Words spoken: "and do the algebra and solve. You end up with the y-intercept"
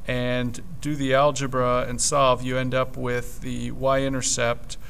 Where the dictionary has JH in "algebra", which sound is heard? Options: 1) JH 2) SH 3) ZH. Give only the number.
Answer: 1